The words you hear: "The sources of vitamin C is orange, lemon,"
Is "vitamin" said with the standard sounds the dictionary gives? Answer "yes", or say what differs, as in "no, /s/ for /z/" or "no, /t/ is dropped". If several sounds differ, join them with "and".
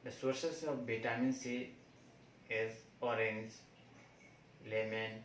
no, /b/ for /v/